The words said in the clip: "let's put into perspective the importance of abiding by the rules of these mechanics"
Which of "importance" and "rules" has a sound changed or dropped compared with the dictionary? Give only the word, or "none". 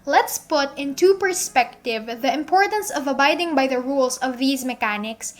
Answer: rules